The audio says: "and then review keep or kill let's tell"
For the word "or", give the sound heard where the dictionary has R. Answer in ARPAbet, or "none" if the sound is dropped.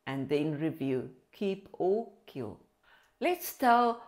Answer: L